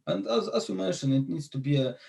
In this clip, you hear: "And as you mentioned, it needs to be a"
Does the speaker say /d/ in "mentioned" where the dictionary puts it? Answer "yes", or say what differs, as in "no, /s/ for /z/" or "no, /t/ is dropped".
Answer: no, /d/ is dropped